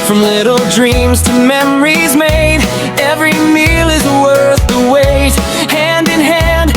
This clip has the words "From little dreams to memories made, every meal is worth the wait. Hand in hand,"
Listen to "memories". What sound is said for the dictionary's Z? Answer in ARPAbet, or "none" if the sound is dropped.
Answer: Z